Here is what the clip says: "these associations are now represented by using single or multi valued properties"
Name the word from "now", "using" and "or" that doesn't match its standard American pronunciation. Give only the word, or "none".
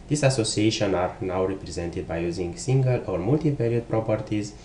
none